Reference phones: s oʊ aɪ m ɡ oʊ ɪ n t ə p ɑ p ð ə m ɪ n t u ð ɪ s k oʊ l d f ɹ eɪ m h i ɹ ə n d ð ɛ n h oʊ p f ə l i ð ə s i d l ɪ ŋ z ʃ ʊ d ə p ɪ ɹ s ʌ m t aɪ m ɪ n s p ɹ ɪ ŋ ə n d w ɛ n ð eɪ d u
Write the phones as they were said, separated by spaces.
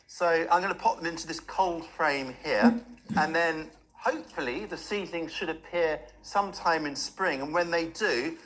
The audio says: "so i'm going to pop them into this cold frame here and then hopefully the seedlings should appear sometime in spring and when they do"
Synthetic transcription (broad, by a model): s oʊ aɪ m ɡ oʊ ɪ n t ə p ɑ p ð ə m ɪ n t u ð ɪ s k oʊ l d f ɹ eɪ m h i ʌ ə n ð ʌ n h oʊ p f ə l i ð ə s i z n ɪ ŋ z ʃ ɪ d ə p ɪ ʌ s ʌ m t aɪ m ɪ n s p ɹ ɪ ŋ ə n w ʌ n ð eɪ d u